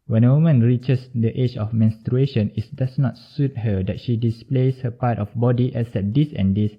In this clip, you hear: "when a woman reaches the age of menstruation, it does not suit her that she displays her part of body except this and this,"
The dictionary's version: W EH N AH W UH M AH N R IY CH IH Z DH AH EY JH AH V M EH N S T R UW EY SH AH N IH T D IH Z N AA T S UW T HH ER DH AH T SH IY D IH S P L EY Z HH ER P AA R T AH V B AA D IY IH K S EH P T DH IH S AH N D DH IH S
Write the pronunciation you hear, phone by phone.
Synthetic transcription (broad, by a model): W EH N AH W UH M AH N R IY CH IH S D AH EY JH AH F M EH N S T R UW EY SH AH N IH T D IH S N AA T S UW T HH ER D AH T SH IY D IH S P L EY S HH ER P AA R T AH F B AA D IY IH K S EH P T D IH S AH N D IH S